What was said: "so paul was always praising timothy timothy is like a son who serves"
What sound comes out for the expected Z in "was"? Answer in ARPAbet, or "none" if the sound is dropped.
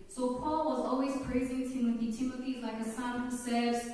Z